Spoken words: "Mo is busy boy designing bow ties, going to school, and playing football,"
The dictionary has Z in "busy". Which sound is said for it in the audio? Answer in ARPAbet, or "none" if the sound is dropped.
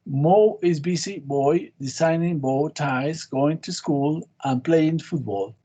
S